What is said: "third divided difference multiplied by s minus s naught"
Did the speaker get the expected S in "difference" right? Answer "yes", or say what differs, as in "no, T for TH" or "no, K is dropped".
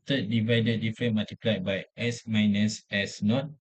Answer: no, S is dropped